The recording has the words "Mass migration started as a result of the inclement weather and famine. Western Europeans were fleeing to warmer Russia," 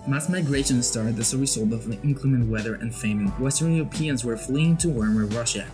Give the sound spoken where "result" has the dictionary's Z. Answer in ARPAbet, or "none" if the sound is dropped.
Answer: S